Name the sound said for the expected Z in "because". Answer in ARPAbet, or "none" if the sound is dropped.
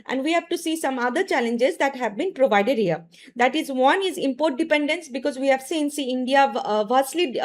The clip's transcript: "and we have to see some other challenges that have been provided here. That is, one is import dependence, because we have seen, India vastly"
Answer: Z